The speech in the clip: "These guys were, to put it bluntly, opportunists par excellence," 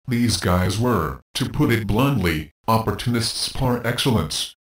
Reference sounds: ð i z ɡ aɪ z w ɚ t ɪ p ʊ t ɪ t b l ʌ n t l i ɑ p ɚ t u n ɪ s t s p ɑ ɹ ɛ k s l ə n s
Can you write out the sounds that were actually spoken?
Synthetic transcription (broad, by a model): ð i z ɡ aɪ z w ɚ t ɪ p ʊ t ɪ t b l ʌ n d l i ɑ p ɚ t u n ɪ s t s p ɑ ɹ ɛ k s l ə n s